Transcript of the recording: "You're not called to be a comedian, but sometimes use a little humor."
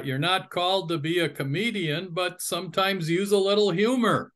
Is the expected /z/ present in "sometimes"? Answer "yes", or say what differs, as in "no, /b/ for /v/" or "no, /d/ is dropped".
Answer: yes